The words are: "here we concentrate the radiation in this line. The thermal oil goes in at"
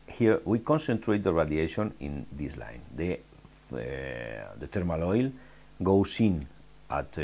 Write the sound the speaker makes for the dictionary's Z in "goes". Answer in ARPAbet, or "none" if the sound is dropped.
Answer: S